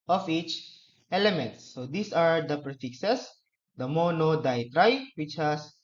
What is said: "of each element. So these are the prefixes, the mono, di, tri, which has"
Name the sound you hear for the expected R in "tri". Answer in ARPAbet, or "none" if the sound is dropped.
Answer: R